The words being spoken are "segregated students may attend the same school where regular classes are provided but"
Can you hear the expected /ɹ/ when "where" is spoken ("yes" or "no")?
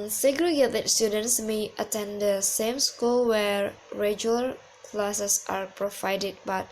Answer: yes